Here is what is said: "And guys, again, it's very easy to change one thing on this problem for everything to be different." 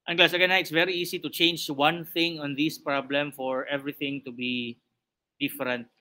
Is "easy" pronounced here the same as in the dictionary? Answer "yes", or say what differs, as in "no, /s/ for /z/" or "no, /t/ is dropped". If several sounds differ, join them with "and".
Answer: no, /s/ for /z/